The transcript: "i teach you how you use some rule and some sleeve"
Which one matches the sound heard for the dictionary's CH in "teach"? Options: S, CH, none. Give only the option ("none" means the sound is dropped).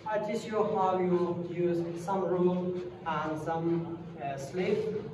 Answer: S